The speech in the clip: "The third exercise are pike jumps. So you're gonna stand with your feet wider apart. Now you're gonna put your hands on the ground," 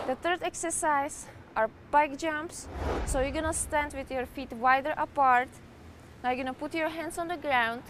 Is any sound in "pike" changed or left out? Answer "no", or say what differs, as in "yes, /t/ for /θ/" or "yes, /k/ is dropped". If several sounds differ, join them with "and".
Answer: yes, /b/ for /p/